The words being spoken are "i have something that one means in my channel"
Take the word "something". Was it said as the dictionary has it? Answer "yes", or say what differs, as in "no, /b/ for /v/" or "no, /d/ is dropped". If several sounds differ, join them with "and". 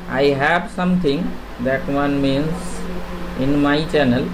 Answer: no, /t/ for /θ/